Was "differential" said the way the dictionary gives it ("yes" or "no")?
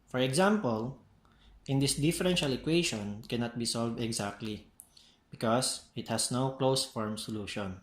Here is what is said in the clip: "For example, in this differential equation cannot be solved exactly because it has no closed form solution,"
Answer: yes